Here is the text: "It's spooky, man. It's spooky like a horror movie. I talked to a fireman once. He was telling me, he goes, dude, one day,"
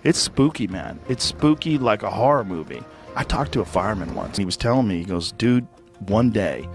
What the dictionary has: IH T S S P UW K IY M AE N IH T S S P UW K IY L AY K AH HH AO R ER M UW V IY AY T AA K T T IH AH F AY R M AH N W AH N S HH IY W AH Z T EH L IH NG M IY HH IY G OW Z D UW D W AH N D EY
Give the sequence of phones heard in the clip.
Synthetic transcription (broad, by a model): IH T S S P UW K IY M AE N IH T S S P UW K IY L AY K AH HH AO R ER M UW V IY AY T AA K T T IH AH F AY R M AH N W AH N S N IY W AH Z T EH L IH NG M IY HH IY G OW Z D UW D W AH N D EY